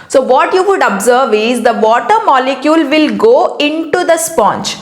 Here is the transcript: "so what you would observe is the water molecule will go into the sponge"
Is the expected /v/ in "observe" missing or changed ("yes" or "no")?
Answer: no